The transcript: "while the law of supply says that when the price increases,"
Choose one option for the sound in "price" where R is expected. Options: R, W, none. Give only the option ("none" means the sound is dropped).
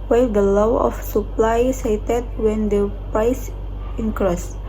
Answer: none